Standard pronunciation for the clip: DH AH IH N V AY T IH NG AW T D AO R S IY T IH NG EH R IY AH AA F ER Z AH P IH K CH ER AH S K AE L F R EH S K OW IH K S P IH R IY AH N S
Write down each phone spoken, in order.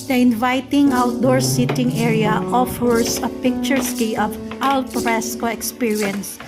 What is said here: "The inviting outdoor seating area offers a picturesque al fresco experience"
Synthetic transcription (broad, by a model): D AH IH N V AY T IH NG AW T D AO R S IY T IH NG EH R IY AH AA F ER S AH P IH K CH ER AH S K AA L P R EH S K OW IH K S P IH R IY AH N S